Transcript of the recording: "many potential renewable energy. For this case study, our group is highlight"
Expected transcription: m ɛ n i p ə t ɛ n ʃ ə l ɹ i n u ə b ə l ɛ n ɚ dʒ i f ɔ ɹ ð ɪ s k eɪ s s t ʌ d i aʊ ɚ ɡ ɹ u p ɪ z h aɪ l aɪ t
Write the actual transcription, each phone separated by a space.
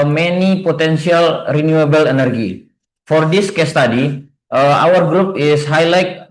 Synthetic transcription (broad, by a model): m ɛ n i p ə t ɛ n s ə l ɹ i n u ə b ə l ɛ n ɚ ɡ i f ɔ ɹ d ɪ s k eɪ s s t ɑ d i aʊ ɚ ɡ ɹ u p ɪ s h aɪ l aɪ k